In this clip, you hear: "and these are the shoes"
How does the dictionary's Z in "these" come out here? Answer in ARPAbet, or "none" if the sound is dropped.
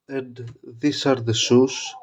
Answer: S